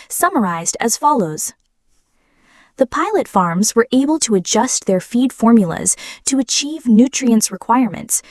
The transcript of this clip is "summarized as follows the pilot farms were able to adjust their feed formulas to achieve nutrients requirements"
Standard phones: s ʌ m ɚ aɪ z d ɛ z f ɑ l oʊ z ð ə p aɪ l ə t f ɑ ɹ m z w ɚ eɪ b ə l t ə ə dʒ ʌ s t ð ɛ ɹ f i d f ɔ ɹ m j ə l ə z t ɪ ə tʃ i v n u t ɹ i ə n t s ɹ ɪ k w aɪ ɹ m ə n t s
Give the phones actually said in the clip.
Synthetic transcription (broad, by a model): s ʌ m ɚ aɪ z d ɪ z f ɑ l oʊ z ð ə p aɪ l ə t f ɑ ɹ m z w ɚ eɪ b ə l t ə ə dʒ ʌ s t ð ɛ ɹ f i d f ɔ ɹ m j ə l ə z t ɪ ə tʃ i v n u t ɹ i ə n s ɹ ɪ k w aɪ ɹ m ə n t s